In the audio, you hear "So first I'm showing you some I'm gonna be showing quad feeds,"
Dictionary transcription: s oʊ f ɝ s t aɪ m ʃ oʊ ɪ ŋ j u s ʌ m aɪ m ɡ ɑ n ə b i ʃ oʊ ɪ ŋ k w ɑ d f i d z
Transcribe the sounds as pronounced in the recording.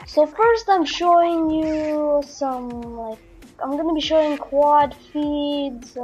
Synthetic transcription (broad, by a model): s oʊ f ɝ s t aɪ m ʃ oʊ ɪ ŋ j u s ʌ m aɪ m ɡ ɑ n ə b i ʃ oʊ ɪ ŋ k w ɑ d f i d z